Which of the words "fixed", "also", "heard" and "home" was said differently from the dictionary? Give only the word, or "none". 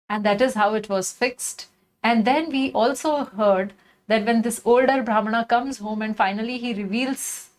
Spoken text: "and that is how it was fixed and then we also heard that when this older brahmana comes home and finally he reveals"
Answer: none